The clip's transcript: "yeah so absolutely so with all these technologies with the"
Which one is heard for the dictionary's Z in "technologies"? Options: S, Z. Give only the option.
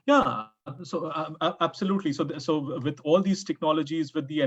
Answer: Z